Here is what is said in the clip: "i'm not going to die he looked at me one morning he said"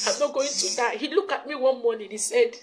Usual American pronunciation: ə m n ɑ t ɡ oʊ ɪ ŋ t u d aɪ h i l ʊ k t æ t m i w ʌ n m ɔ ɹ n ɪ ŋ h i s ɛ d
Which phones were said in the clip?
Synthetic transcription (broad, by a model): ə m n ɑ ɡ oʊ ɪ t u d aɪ h i l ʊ k ɑ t m i w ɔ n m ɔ n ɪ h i s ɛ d